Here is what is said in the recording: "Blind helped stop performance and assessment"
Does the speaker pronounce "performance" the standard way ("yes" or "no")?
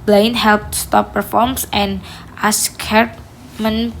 no